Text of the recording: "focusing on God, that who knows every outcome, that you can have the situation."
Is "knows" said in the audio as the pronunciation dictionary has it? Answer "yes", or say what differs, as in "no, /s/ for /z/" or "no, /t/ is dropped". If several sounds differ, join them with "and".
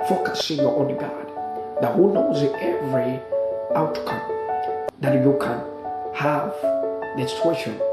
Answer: yes